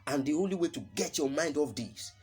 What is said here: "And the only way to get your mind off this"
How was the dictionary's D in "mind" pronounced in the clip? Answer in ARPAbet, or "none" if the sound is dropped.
D